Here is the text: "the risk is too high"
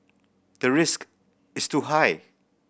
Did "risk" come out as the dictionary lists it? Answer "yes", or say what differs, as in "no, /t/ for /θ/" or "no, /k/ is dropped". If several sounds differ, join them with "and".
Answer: yes